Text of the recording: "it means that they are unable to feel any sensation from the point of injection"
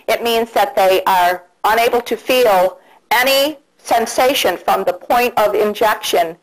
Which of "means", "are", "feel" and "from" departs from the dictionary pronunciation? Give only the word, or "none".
none